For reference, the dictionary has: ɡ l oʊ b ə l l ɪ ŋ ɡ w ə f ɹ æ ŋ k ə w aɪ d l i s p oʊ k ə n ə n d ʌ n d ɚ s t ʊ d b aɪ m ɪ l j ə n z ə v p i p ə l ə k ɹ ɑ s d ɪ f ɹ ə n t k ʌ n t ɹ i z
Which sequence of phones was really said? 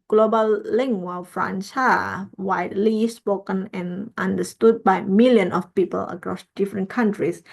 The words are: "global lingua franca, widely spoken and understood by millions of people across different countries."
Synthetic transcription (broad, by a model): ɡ l oʊ b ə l l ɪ ŋ ɡ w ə f ɹ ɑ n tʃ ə w aɪ d l i s p oʊ k ə n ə n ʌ n d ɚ s t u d b aɪ m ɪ l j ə n ə f p i p ə l ə k ɹ ɑ s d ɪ f ɹ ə n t k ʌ n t ɹ i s